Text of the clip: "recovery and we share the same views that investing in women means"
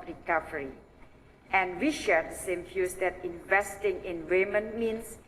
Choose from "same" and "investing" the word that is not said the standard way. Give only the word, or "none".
none